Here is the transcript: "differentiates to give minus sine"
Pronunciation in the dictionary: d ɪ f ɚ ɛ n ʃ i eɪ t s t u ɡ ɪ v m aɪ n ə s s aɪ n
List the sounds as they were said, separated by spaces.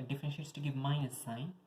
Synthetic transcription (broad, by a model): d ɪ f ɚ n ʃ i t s t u ɡ ɪ v m aɪ ə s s aɪ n